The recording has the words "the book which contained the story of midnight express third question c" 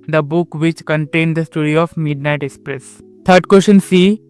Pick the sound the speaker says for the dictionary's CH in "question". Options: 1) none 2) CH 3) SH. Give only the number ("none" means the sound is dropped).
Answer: 3